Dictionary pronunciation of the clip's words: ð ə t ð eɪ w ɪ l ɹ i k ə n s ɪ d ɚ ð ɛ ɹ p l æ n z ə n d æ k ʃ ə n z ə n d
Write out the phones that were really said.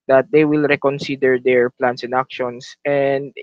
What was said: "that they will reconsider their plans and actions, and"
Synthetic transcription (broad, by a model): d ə t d eɪ w ɪ l ɹ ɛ k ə n s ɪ d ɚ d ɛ ɹ p l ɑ n s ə n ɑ k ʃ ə n s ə n d